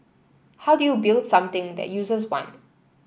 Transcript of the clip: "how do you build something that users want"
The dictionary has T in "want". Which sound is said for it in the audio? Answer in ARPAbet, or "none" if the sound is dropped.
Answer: none